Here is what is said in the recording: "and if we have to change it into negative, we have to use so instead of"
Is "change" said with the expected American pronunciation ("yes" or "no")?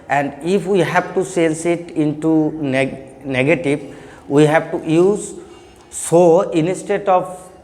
no